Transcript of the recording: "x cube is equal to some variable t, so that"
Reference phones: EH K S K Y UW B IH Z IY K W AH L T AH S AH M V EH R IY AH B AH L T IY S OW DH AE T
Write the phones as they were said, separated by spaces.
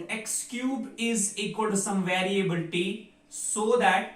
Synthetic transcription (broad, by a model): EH K S K Y UW B IH Z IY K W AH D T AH S AH M V EH R IY AH B AH L T IY S OW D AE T